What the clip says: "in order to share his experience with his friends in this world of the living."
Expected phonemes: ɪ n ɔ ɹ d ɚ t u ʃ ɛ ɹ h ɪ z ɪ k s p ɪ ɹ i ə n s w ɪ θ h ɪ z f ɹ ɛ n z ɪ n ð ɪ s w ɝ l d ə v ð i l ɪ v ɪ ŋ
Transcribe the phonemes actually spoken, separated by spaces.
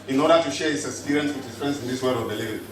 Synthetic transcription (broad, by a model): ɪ n ɔ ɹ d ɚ t u ʃ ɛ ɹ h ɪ s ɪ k s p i ɹ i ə n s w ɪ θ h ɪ s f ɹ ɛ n s ɪ n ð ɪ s w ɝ d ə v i l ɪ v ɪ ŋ